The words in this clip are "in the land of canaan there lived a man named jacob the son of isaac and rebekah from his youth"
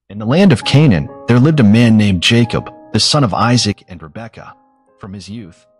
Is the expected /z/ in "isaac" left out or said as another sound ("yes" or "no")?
no